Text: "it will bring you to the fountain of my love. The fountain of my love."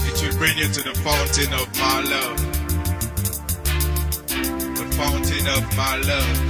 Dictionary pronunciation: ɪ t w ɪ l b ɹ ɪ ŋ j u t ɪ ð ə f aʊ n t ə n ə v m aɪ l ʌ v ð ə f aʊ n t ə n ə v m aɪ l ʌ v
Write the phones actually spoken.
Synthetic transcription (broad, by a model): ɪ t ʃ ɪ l b ɹ ɪ ŋ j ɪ t ɪ ð ə f aʊ n t ə n ə v m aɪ l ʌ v ð ə f aʊ n t ə n ə v m aɪ l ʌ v